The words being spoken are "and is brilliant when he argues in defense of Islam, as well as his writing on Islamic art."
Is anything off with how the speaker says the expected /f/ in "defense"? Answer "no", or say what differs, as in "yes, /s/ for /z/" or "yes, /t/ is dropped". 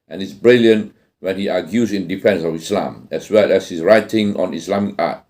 no